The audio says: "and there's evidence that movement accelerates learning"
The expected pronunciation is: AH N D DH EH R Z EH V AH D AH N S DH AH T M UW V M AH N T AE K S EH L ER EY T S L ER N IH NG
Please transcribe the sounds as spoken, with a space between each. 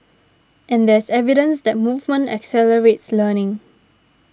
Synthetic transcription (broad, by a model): AH N D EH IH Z EH V AH D AH N S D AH T M UW V M AH N T AE K S EH L ER EY T S L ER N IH NG